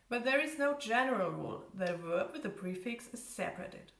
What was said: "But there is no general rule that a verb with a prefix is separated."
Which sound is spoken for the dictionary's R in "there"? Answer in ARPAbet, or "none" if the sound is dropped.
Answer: R